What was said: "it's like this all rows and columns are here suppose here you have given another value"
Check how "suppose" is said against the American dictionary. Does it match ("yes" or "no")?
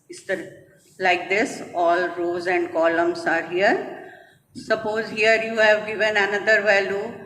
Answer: yes